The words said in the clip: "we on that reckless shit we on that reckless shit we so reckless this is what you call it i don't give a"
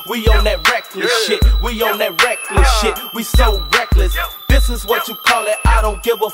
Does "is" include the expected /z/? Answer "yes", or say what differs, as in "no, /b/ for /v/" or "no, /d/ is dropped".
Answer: yes